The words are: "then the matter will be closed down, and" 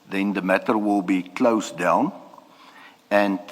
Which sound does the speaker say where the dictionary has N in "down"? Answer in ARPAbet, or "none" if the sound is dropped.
N